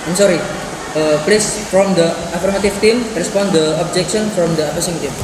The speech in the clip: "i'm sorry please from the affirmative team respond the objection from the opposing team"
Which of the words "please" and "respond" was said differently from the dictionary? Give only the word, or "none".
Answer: please